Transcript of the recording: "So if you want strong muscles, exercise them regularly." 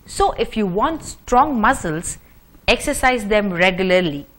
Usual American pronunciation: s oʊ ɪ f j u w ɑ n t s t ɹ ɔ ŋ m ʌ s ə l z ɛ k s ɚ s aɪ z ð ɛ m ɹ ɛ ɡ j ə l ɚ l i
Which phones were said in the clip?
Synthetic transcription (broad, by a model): s oʊ ɪ f j u w ɑ n t s t ɹ ɔ ŋ m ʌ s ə l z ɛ k s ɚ s aɪ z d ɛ m ɹ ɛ ɡ j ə l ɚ l i